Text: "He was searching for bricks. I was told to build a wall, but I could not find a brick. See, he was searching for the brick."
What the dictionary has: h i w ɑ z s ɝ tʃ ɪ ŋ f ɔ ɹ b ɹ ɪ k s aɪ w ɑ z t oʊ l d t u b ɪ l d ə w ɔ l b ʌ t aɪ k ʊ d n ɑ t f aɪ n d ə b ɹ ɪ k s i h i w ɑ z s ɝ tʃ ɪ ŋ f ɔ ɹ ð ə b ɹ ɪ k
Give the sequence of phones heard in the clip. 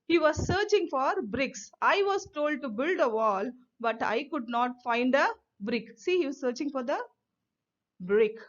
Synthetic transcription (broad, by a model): h i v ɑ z s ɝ tʃ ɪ ŋ f ɔ ɹ b ɹ ɪ k s aɪ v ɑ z t oʊ l d t u b ɪ l d ə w ɔ l b ʌ t aɪ k ʊ d n ɑ t f aɪ n d ə b ɹ ɪ k s i h i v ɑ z s ɝ tʃ ɪ ŋ f ɔ ɹ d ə b ɹ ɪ k